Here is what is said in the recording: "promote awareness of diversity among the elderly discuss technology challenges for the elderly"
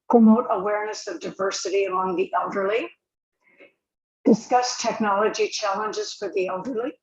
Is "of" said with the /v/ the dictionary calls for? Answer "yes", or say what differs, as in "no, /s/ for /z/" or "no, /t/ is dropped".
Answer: yes